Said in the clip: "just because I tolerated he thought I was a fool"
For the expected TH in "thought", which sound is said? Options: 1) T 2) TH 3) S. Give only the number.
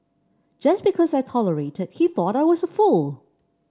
2